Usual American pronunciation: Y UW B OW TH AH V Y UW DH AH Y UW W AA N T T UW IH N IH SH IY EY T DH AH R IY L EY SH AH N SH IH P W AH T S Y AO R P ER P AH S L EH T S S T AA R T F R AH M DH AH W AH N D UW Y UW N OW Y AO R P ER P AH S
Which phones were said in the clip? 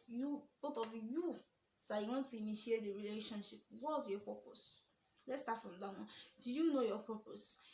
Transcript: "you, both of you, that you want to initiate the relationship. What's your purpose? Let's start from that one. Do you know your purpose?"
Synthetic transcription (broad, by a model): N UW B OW T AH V Y UW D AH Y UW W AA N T T UW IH N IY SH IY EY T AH R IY L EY SH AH N SH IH P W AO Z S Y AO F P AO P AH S L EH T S S T AA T F R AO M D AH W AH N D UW Y UW N OW Y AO P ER P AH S